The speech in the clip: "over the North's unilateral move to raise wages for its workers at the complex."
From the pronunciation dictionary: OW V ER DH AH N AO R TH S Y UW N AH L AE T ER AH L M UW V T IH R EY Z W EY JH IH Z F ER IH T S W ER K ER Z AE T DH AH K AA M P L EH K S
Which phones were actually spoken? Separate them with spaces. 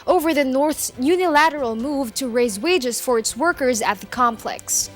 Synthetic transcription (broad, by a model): OW V ER DH AH N AO R TH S Y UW N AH L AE T ER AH L M UW V T IH R EY Z W EY JH IH Z F ER IH T S W ER K ER Z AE T DH AH K AA M P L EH K S